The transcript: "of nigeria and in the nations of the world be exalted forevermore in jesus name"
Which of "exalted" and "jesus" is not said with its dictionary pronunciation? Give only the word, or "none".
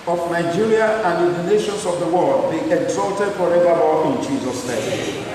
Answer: none